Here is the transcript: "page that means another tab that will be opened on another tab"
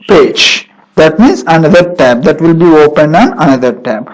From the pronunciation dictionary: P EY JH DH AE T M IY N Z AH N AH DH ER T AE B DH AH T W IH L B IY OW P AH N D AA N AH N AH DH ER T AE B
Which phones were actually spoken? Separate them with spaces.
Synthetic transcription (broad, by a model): P EY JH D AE T M IY N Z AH N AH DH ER T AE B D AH T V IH L B IY OW P AH N D AA N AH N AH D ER T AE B